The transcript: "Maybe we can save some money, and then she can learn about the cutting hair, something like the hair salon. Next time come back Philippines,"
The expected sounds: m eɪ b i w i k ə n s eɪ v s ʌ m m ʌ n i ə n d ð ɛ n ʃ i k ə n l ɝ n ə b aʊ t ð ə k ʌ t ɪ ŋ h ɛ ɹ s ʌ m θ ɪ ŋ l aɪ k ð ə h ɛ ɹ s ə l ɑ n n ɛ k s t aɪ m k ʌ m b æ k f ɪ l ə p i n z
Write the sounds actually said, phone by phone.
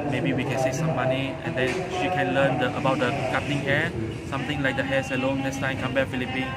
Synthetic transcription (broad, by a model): m eɪ b i w i k ə n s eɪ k s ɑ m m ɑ n i ə n d ɛ n ʃ i k ə n l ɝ n ə b aʊ t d ə k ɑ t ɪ ŋ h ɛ s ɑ m t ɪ ŋ l aɪ k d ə h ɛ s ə l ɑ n n ɛ k s t aɪ m k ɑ m b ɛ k f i l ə p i n